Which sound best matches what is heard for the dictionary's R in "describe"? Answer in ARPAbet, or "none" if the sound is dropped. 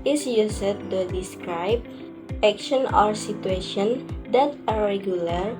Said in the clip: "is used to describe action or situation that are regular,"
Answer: R